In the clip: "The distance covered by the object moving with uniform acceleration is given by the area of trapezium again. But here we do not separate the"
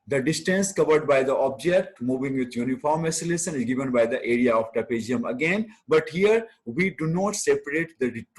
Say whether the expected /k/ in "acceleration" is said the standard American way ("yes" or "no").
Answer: no